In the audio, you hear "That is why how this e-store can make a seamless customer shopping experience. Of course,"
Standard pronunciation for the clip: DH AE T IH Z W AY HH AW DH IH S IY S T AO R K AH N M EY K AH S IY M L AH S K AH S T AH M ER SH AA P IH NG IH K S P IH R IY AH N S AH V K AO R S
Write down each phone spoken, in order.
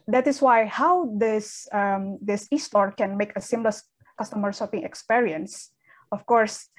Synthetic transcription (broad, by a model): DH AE T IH S W AY HH AW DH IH S IY S T AO R K AH N M EY K AH S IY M L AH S K AH S T AH M ER S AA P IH NG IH K S P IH R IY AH N S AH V K AO R S